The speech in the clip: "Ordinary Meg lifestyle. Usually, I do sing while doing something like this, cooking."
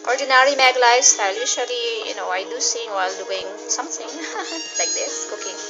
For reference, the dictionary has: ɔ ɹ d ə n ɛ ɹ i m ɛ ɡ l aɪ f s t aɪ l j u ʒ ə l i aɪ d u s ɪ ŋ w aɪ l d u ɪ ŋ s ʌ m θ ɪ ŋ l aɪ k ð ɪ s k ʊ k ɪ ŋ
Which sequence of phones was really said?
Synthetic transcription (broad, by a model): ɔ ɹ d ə n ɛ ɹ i m ɛ ɡ l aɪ s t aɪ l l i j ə n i aɪ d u s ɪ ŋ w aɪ l d u ɪ ŋ s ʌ m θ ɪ ŋ l aɪ k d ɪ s k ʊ k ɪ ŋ